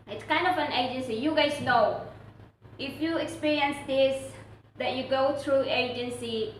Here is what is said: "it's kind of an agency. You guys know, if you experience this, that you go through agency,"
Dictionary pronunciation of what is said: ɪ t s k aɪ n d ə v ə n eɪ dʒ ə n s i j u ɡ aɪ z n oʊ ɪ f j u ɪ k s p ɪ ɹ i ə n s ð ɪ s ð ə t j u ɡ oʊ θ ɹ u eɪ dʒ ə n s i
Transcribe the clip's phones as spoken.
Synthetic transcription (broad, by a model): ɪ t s k aɪ n d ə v ə n eɪ dʒ ə n s i j u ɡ aɪ s n oʊ ɪ f j u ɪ k s p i ɹ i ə n s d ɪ s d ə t j u ɡ oʊ t ɹ u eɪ dʒ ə n s i